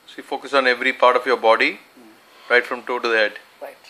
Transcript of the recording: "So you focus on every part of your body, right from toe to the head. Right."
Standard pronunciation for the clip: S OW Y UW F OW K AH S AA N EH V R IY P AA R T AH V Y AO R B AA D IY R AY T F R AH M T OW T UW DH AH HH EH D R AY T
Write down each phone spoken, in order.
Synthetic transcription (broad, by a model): S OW Y UW F OW K AH S AA N EH V R IY P AA R T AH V Y AO R B AA D IY R AY T F R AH M T OW T UW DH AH HH EH D